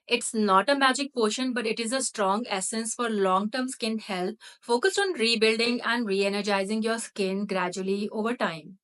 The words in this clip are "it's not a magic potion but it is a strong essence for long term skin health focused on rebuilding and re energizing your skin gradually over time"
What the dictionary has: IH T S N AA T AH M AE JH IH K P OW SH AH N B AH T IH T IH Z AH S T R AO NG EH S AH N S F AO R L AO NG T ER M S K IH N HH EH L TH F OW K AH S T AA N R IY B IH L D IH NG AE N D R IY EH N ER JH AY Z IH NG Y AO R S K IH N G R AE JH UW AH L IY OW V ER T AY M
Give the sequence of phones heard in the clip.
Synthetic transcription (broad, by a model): IH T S N AA T AH M AE JH IH K P OW SH AH N B AH T IH T IH Z AH S T R AO NG EH S AH N S F AO R L AO NG T ER M S K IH N HH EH L T F OW K AH S T AA N R IY B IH L D IH NG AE N D R IY EH N ER JH AY Z IH NG Y AO R S K IH N G R AE JH UW AH L IY OW V ER T AY M